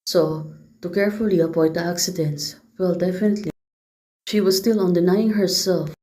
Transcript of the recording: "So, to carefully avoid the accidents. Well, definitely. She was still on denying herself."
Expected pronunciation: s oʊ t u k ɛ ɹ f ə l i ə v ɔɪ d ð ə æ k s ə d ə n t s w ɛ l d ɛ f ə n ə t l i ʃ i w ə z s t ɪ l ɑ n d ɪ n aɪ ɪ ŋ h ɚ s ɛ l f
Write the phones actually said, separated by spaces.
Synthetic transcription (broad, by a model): s oʊ t u k ɛ ɹ f ə l i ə p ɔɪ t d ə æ k s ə d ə n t s w ɛ l d ɛ f ə n ə t l i ʃ i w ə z s t ɪ l ɑ n d ɪ n aɪ ɪ ŋ h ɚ s ɛ l f